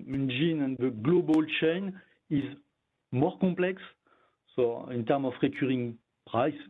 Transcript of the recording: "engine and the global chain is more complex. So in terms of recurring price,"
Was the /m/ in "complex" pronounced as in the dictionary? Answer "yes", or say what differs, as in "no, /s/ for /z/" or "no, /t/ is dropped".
no, /m/ is dropped